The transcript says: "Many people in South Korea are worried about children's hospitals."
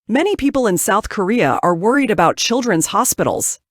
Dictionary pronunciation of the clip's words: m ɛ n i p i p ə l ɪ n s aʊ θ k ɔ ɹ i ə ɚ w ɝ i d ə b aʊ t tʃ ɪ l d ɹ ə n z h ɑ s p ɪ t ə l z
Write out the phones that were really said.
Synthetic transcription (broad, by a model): m ɛ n i p i p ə l ɪ n s aʊ θ k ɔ ɹ i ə ɚ w ɝ i d ə b aʊ t tʃ ɪ l d ɹ ə n z h ɑ s p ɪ t l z